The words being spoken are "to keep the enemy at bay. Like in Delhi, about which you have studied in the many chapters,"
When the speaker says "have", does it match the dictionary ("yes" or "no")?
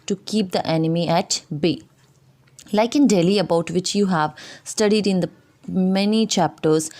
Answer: yes